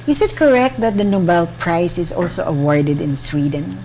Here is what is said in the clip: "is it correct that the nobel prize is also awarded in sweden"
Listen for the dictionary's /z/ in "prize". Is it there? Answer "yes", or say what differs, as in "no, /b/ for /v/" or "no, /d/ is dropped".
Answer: no, /s/ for /z/